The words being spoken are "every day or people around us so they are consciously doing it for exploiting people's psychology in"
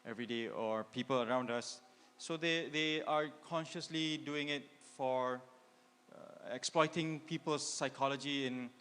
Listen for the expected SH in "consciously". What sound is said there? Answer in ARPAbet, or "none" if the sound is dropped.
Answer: SH